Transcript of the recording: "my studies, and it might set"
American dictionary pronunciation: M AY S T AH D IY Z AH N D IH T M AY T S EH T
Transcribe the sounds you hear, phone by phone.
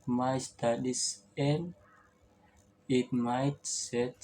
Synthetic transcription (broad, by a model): M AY S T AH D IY S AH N IH T M AY T S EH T